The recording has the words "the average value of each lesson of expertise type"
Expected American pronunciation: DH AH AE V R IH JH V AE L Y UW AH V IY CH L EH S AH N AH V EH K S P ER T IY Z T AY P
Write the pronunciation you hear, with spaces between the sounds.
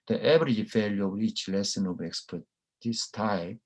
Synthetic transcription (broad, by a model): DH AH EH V R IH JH F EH L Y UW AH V IY CH L EH S AH N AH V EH K S P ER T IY S T AY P